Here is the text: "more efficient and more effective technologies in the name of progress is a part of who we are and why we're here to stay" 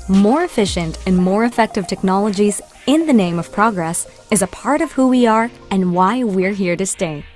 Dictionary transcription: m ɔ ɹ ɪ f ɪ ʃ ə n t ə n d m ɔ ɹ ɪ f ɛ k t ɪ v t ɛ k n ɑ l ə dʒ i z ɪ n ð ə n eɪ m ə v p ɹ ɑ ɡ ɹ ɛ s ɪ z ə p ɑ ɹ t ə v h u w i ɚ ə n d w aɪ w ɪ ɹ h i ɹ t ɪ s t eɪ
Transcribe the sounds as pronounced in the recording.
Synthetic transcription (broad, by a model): m ɔ ɹ ɪ f ɪ ʃ ə n t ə n m ɔ ɹ ɪ f ɛ k t ɪ v t ɛ k n ɑ l ə dʒ i z ɪ n ð ə n eɪ m ə v p ɹ ɑ ɡ ɹ ɛ s ɪ z ə p ɑ ɹ t ə v h u w i ɚ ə n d w aɪ w ɪ ɹ h i ɹ t ɪ s t eɪ